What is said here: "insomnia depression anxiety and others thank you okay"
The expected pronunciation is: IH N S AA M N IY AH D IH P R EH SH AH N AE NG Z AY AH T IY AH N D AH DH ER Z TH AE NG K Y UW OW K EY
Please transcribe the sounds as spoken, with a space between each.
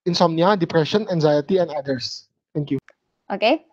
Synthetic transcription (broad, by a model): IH N S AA M N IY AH D IH P R EH SH AH N AE NG Z AY AH T IY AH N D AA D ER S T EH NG K Y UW OW K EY